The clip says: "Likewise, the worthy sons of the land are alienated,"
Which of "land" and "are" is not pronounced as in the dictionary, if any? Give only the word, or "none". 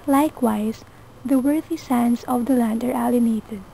none